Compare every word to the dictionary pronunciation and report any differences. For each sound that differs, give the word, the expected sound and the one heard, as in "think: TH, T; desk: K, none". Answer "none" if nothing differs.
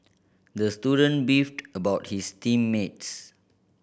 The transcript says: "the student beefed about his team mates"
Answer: his: Z, S